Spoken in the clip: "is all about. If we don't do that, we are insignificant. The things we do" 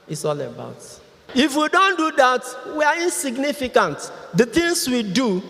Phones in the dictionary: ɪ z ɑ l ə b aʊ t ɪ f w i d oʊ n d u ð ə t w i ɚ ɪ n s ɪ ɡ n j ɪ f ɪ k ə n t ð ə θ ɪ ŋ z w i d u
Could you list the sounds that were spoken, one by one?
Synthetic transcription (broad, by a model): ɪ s ɑ l ə b aʊ t ɪ f w i d oʊ n d u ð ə t w i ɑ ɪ n s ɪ ɡ n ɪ f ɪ k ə n t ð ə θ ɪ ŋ s w i d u